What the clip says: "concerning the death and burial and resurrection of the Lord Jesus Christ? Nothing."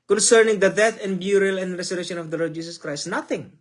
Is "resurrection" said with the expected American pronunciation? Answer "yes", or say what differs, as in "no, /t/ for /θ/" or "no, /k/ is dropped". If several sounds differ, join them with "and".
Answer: no, /s/ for /z/